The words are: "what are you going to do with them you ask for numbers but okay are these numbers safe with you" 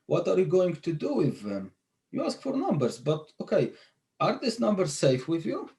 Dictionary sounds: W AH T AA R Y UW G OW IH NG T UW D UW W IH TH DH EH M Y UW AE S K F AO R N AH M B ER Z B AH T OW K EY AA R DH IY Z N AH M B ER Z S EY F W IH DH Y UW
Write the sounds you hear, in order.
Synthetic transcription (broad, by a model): W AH T AA R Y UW G OW IH NG T UW D UW W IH DH EH M Y UW AE S K F AO R N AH M B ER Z B AH T OW K EY AA R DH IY S N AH M B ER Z S EY F W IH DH Y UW